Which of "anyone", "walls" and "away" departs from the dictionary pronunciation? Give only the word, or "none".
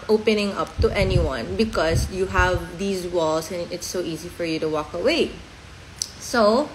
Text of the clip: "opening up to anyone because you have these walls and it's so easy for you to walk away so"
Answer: walls